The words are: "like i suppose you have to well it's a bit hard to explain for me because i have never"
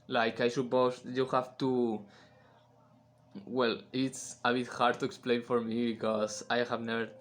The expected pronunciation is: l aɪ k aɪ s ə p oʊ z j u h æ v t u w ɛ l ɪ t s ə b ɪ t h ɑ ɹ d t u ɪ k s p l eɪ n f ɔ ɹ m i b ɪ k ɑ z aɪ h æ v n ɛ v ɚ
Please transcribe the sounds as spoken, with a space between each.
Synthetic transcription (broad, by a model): l aɪ k aɪ ʃ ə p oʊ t j u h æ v t u w ɛ l ɪ t s ə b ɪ t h ɑ ɹ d t u ɪ k s p l eɪ n f ɔ ɹ m i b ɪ k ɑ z aɪ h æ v n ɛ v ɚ